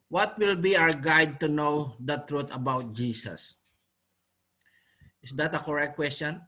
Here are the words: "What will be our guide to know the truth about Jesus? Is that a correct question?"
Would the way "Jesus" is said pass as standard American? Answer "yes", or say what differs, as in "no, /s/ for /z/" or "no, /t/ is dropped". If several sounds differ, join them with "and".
no, /s/ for /z/